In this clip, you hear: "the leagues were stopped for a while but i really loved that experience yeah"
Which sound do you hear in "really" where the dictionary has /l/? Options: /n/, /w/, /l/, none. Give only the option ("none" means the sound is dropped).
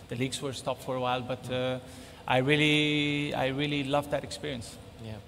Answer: /l/